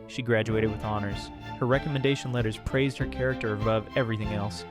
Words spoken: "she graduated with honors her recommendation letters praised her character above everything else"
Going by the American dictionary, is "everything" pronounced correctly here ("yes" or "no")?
yes